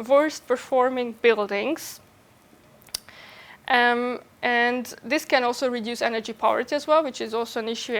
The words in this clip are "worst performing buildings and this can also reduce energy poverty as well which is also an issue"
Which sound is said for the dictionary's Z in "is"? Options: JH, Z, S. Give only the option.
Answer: Z